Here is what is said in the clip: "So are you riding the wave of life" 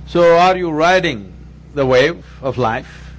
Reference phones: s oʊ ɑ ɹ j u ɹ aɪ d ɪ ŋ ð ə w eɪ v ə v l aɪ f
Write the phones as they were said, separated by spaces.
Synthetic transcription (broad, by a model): s oʊ ɑ ɹ j u ɹ aɪ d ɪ ŋ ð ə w eɪ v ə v l aɪ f